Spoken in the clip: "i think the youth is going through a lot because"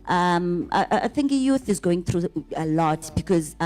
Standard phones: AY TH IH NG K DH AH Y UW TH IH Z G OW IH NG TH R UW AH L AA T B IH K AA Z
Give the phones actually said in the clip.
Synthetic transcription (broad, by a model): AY TH IH NG K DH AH Y UW TH IH Z G OW IH NG TH R UW AH L AA T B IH K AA Z